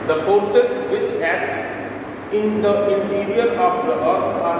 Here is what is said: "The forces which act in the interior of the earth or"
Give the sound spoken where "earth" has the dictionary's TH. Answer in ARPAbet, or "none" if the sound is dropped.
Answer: T